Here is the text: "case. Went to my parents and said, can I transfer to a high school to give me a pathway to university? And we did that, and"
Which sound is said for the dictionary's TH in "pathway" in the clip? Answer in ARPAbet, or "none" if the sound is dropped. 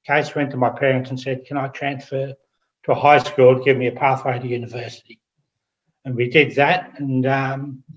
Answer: TH